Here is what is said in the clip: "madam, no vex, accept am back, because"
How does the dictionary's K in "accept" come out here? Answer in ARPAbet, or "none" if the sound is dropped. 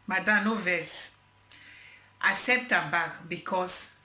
none